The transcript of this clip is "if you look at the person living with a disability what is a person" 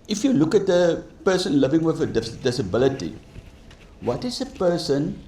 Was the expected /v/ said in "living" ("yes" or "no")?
yes